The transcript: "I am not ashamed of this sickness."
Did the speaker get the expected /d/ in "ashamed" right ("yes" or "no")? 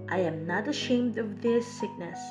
yes